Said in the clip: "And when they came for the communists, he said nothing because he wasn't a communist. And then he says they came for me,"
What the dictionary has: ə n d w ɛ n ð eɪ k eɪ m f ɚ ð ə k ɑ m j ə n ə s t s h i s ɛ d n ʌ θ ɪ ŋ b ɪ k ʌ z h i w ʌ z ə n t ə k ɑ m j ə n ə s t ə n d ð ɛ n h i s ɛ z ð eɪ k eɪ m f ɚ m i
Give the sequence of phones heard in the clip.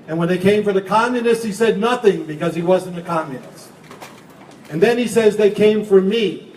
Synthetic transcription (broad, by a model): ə n w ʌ n ð eɪ k eɪ m f ɚ ð ə k ɑ m j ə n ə s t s h i s ɛ d n ʌ θ ɪ ŋ b ɪ k ʌ z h i w ʌ z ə n ə k ɑ m j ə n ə s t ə n ð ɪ n i s ɛ z ð eɪ k eɪ m f ɚ m i